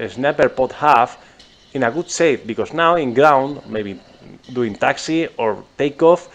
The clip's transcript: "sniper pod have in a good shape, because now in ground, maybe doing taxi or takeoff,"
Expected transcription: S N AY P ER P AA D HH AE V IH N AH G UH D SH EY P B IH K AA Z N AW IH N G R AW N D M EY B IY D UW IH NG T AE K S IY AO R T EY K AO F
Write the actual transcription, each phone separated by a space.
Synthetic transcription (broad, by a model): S N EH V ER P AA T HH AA F IH N AH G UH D S EY F B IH K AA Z N AW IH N G R AW N D M EY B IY D UW IH NG T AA K S IY AO R T EY K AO F